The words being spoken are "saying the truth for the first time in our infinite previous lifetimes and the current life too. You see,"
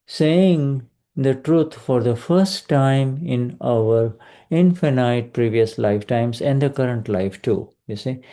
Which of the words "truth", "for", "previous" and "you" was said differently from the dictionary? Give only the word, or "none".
truth